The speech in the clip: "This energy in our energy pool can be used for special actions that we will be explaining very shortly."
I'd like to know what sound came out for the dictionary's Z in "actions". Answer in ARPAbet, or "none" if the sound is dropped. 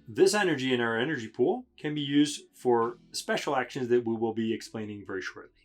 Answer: Z